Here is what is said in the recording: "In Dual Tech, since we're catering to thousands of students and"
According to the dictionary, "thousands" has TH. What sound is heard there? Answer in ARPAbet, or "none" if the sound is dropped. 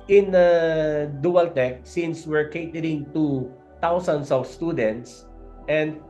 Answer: T